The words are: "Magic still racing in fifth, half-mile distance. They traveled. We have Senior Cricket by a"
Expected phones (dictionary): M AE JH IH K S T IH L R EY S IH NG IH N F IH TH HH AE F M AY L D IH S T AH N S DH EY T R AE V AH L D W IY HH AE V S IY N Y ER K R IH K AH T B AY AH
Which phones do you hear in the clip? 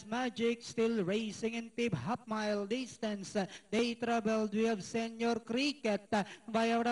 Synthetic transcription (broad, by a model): M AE JH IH K S T IH L R EY S IH NG IH N P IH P HH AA P M AY L D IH S T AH N S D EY T R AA B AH L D W IY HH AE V S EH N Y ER K R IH K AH T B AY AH